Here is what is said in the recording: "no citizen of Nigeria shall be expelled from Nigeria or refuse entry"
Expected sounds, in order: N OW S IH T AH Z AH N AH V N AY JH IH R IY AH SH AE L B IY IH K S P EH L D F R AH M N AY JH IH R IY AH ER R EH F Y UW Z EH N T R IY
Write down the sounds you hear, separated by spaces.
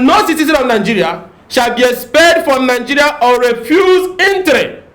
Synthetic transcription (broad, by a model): N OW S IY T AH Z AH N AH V N AY JH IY R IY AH SH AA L B IY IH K S P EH D F R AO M N AY JH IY R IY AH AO R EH F Y UW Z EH N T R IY